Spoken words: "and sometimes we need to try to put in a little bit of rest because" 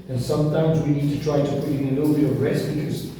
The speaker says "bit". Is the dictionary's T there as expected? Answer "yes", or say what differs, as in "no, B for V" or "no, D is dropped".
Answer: no, T is dropped